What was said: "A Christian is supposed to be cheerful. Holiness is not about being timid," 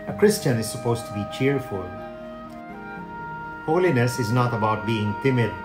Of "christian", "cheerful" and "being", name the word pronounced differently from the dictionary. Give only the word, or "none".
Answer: none